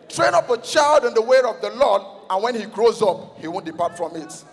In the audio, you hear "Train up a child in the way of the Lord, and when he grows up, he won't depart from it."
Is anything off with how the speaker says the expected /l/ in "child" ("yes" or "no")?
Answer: no